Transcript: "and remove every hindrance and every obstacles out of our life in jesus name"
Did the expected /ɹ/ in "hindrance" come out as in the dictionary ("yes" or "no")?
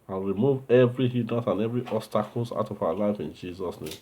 no